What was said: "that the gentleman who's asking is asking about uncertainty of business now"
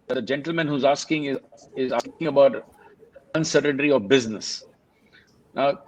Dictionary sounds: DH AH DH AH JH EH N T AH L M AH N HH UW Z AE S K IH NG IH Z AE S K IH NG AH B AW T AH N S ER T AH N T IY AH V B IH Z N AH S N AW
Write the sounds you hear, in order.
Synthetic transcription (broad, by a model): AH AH JH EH N T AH L M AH N HH UW Z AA S K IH NG IH Z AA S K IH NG AH B AW T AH N S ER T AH N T IY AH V B IH Z N AH S N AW